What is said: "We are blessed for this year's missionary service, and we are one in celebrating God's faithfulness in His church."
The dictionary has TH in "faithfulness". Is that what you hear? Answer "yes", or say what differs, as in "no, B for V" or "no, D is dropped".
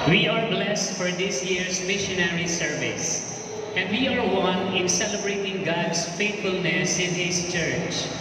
no, T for TH